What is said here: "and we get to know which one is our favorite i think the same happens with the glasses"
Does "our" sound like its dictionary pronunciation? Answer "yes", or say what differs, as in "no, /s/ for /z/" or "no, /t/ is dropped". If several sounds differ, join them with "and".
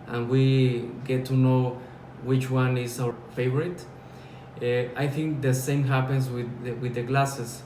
no, /w/ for /ɹ/